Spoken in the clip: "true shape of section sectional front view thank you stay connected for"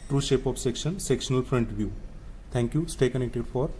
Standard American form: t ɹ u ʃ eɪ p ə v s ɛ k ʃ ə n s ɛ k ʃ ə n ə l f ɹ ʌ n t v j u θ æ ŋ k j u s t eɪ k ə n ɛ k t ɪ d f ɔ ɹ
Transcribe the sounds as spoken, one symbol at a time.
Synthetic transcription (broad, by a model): t ɹ u ʃ eɪ p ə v s ɛ k ʃ ə n s ɛ k ʃ ə n ə l f ɹ ʌ n t v j u t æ ŋ k j u s t eɪ k ə n ɛ k t ɪ d f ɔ ɹ